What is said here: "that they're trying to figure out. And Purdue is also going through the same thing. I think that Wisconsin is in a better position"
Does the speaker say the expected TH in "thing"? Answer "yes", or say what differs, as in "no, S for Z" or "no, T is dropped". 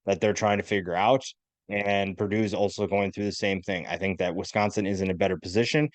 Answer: yes